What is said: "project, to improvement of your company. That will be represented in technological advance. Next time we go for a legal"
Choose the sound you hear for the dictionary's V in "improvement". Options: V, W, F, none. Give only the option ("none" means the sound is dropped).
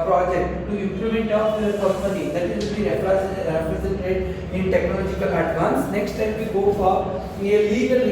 none